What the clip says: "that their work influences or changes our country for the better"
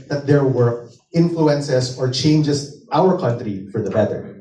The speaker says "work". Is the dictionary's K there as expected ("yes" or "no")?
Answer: no